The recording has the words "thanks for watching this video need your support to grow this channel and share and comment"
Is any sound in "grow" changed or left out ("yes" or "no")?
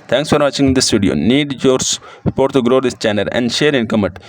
no